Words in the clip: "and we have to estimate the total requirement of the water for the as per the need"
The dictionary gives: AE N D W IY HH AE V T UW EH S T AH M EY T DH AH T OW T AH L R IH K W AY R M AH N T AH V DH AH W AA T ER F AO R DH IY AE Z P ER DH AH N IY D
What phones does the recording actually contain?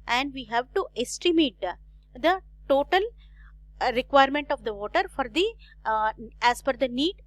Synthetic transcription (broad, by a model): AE N D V IY HH AE V T UW EH S T AH M EY T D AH T OW T AH L R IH K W AY R M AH N T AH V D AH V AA T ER F AO R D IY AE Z F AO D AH N IY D